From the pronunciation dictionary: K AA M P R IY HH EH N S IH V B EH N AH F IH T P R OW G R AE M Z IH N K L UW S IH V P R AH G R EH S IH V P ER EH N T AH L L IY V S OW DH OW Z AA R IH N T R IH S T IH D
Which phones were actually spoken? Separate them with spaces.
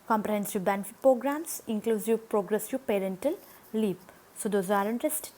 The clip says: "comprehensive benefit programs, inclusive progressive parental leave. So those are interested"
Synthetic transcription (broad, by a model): K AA M P R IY HH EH N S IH B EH N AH F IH T P R OW G R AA M S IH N K L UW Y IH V P R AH G R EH S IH P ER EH N T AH L L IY P S OW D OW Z AA R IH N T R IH S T